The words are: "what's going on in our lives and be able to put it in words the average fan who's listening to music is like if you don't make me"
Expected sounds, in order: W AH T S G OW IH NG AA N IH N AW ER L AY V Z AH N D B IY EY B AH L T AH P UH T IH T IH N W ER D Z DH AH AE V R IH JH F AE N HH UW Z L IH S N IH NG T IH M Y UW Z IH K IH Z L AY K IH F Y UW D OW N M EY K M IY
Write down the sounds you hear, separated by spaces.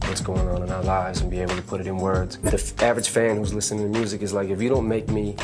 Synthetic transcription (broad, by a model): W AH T S G OW IH NG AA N IH N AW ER L AY V Z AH N B IY EY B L T AH P UH T IH T IH N W ER D Z DH AH AE V R IH JH F AE N HH UW Z L IH S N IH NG T IH M Y UW Z IH K IH Z L AY K IH F Y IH D OW N M EY K M IY